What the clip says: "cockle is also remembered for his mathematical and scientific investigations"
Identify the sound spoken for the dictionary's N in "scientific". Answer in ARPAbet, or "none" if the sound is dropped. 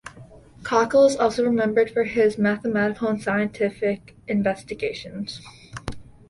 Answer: N